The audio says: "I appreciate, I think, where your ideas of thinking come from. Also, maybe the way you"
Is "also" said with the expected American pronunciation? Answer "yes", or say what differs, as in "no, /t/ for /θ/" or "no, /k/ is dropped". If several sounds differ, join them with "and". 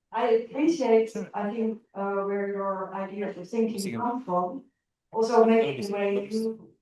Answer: yes